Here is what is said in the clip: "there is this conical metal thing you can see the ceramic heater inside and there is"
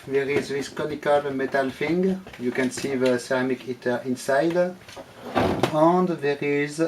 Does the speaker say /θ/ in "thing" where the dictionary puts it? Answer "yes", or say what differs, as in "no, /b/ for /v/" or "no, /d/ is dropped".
no, /f/ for /θ/